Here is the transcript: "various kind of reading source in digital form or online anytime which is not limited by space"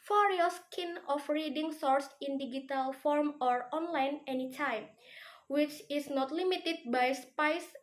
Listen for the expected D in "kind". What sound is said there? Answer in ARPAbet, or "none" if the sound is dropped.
none